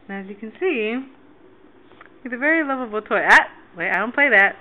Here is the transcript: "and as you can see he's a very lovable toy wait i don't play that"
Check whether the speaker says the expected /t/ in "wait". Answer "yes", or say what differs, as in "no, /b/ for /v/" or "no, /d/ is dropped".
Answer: no, /t/ is dropped